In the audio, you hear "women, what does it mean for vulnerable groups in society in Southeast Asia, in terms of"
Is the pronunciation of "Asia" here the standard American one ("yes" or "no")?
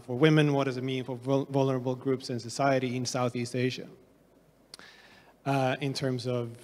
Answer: yes